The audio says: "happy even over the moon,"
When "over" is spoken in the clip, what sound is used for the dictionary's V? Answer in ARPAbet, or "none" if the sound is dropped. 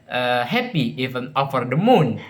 F